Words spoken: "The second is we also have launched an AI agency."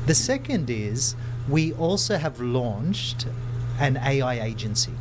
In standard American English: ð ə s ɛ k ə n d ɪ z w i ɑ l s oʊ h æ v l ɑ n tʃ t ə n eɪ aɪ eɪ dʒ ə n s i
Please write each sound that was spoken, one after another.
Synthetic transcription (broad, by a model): ð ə s ɛ k ə n d ɪ z w i ɑ l s oʊ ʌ v l ɑ n tʃ t ə n eɪ aɪ eɪ dʒ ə n s i